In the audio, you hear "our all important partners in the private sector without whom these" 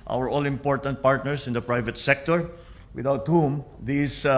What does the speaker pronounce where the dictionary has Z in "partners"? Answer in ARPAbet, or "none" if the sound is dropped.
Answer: S